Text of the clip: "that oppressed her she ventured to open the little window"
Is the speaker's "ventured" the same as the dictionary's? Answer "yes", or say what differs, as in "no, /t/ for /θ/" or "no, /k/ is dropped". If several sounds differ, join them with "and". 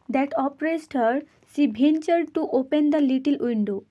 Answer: no, /b/ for /v/